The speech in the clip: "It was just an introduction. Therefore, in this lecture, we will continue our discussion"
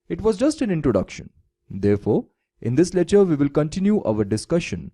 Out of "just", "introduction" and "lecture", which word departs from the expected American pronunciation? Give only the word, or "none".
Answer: lecture